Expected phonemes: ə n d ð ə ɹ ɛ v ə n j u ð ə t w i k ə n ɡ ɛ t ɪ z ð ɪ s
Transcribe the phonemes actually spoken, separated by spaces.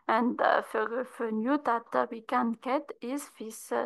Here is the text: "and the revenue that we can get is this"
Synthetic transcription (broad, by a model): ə n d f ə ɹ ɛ f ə n j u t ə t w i k ə n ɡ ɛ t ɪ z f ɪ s